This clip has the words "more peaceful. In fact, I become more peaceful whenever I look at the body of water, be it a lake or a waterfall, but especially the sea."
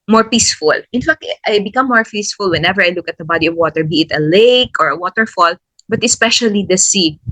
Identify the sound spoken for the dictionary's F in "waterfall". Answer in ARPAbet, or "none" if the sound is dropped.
F